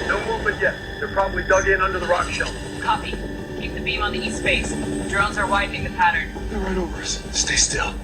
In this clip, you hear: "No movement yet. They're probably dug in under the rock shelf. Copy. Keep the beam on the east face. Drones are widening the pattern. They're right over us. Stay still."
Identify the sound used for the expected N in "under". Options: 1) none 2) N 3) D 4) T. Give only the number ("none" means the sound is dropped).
2